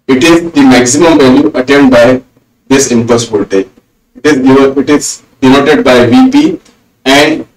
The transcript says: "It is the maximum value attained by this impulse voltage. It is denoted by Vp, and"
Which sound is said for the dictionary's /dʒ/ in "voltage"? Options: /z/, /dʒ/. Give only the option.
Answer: /z/